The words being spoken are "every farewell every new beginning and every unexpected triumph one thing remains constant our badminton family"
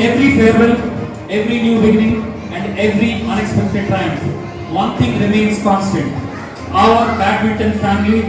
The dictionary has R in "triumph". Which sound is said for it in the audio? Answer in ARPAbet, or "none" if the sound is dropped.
none